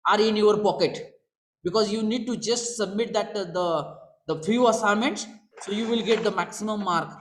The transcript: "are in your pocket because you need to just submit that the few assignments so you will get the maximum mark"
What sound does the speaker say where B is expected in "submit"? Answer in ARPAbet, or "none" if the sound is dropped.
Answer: B